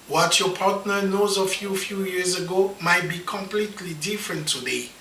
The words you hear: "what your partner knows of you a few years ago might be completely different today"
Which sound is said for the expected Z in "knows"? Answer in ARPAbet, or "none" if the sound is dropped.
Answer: Z